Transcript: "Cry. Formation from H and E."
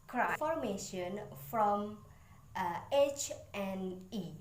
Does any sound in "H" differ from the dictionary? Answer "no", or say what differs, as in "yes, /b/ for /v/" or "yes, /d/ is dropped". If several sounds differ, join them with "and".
no